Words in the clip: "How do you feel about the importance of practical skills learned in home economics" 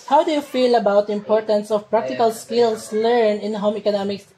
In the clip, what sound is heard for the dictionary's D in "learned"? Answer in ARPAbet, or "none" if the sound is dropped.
none